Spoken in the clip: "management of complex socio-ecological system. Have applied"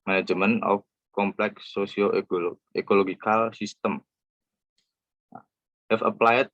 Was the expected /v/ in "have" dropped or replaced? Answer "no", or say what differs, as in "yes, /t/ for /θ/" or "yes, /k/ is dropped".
yes, /f/ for /v/